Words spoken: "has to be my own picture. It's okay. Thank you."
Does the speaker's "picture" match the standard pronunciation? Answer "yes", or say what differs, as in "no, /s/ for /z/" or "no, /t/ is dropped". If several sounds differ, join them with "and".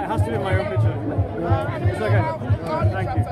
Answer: no, /k/ is dropped